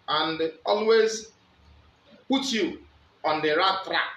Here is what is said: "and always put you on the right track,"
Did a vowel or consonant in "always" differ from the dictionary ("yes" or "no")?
no